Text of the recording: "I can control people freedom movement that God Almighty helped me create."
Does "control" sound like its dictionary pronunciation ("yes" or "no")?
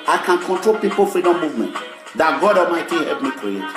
yes